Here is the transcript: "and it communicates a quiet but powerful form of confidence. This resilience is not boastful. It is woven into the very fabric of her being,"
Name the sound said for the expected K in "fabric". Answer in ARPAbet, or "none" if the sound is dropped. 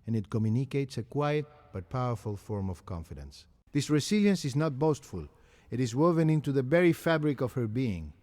K